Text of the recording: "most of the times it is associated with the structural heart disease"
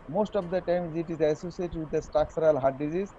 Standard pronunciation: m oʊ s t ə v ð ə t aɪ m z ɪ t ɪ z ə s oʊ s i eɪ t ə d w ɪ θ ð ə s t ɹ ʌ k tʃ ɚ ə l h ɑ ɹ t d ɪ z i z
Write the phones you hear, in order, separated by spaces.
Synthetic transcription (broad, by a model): m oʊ s t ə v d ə t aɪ m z ɪ t ɪ z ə s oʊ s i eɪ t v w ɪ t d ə s t ɑ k s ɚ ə l h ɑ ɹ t d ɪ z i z